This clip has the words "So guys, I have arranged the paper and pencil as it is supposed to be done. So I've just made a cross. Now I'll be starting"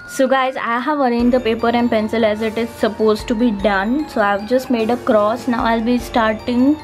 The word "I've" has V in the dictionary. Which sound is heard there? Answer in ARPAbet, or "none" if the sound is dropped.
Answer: V